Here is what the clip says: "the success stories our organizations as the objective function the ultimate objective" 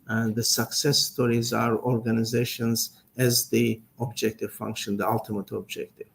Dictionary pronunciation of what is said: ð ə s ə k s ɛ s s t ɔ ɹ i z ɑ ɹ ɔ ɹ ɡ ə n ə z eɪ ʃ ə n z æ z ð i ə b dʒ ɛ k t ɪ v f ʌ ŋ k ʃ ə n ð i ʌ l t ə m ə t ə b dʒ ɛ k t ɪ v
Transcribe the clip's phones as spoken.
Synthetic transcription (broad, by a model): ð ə s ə k s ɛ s s t ɔ ɹ i z ɑ ɹ ɔ ɹ ɡ ə n ə z eɪ ʃ ə n z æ z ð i ə b dʒ ɛ k t ɪ v f ʌ ŋ k ʃ ə n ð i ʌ l t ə m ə t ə b dʒ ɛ k t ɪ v